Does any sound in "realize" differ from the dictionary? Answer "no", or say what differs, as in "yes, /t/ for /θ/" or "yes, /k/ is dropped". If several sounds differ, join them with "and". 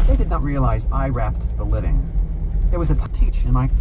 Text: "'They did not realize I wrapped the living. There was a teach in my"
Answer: no